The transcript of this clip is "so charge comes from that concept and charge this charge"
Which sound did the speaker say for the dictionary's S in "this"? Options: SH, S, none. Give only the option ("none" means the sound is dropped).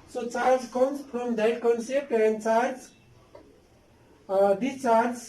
none